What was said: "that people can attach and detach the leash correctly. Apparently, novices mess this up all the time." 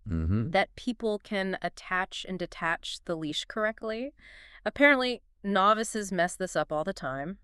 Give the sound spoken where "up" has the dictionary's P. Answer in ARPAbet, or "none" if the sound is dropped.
P